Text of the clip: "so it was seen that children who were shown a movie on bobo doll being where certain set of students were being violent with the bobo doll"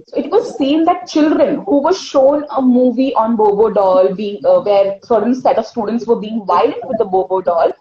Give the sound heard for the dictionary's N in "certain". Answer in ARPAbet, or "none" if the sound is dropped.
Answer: L